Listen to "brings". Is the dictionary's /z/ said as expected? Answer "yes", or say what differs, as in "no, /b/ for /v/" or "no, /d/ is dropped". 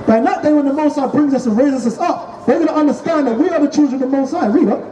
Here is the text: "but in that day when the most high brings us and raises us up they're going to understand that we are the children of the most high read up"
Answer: yes